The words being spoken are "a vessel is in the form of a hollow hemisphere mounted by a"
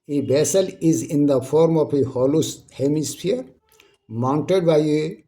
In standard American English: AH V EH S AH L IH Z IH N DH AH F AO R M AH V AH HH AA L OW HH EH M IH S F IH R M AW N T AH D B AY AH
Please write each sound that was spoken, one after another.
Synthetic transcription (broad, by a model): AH B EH S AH L IH Z IH N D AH F AO R M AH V AH HH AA L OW HH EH M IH S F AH R M AW N T AH D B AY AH